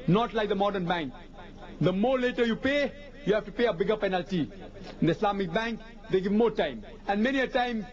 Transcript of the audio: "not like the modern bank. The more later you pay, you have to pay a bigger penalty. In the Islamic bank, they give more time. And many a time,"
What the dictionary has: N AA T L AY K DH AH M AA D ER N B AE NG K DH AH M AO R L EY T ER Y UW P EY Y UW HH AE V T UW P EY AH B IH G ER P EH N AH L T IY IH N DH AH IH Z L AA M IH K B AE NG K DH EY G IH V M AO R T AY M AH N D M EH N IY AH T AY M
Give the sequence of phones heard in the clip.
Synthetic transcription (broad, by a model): N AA T L AY K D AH M AA D ER N B AE NG K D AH M AO R L EY T ER Y UW P EY Y UW HH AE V T UW P EY AH B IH G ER P EH N AH L T IY IH N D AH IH S L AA M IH K B AE NG K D EY G IH V M AO R T AY M AH N D M EH N IY AH T AY M